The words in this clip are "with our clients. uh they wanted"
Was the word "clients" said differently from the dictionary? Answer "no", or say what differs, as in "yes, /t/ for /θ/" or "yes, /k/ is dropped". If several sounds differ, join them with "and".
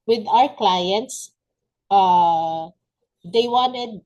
no